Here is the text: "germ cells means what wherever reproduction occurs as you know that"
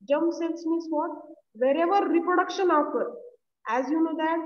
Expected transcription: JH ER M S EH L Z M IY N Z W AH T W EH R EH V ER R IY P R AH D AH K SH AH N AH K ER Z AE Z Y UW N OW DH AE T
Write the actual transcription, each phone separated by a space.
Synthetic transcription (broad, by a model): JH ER M S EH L S M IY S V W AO T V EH R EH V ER R IY P R AH D AH K SH AH N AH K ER AE Z Y UW N OW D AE T